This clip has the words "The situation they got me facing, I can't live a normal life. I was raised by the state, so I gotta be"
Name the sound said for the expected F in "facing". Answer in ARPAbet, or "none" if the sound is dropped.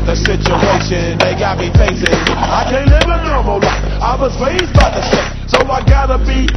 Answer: P